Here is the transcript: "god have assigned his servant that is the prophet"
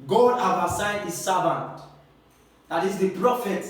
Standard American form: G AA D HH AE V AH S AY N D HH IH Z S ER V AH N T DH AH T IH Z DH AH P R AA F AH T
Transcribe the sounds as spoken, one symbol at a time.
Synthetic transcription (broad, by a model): G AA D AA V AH S AY D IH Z S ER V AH N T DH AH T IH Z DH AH P R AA F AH T